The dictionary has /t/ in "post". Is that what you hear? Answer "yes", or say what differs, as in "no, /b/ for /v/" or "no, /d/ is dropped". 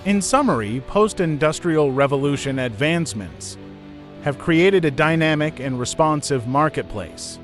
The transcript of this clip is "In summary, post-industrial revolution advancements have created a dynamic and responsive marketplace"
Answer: yes